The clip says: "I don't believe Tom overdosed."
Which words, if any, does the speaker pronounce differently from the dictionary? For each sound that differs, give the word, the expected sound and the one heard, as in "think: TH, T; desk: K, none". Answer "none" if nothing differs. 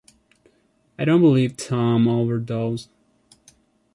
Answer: none